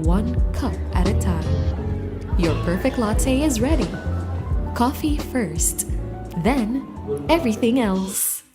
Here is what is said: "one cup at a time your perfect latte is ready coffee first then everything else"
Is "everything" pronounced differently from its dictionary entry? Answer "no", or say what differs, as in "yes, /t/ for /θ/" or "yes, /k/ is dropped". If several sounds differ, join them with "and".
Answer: no